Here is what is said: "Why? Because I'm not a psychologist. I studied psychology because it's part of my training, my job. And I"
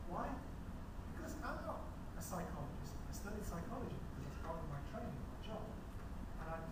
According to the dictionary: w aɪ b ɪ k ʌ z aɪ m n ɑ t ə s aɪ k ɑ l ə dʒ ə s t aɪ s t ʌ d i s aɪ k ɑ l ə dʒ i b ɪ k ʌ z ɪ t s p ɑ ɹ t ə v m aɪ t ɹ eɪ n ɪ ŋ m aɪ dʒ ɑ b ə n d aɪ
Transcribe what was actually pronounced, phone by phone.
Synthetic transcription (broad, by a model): w aɪ b ɪ k ʌ z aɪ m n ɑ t ə s aɪ k ɑ l ə dʒ ə s t aɪ s t ʌ d i s aɪ k ɑ l ə dʒ i b ɪ k ʌ z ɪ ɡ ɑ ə m aɪ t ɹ eɪ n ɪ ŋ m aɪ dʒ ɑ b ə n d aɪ